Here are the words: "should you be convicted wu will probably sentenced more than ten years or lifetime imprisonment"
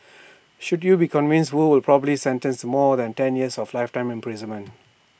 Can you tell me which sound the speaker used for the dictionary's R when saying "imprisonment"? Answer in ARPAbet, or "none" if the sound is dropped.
R